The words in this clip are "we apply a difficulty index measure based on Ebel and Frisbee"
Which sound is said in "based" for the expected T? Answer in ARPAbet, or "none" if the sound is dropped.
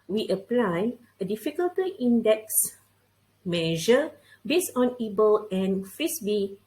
none